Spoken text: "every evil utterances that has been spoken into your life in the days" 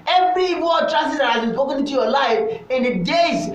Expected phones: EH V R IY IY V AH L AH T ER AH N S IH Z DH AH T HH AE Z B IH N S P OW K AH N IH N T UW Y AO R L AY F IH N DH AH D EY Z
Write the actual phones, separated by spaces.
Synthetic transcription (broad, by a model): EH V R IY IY W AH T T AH S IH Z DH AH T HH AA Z B IH N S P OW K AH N IH N T UW Y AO L AY F IH N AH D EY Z